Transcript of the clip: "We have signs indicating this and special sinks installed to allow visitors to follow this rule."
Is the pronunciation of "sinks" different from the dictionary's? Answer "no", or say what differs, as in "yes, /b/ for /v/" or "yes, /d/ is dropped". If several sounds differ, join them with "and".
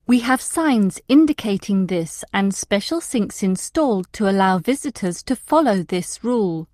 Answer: no